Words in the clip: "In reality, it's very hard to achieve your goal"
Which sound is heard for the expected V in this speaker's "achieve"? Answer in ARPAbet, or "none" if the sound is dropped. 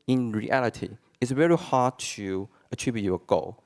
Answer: B